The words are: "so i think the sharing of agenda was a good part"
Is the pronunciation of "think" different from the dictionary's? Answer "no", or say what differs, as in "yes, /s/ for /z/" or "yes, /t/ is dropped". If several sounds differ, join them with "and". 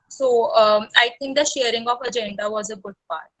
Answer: yes, /t/ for /θ/